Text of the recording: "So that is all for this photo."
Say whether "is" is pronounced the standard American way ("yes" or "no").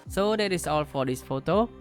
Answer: no